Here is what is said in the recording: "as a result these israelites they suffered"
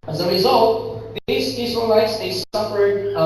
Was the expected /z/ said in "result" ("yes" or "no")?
yes